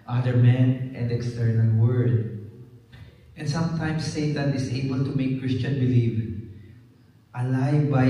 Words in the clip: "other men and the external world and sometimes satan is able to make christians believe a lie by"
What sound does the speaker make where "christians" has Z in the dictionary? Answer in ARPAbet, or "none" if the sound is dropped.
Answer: none